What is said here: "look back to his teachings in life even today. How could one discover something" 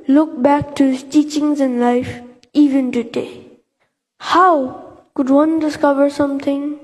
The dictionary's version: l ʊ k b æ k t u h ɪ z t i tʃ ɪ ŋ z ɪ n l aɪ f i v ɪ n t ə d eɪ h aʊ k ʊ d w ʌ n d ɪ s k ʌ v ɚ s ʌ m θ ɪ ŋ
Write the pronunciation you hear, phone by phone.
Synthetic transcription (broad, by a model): l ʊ k b æ k t u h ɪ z t i tʃ ɪ ŋ z ɪ n l aɪ f i v ɪ n t ə d eɪ h aʊ k ʊ d w ʌ n d ɪ s k ʌ v ɚ s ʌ m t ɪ ŋ